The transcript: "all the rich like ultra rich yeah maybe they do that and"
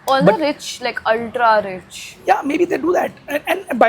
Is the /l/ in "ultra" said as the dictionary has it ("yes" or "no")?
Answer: yes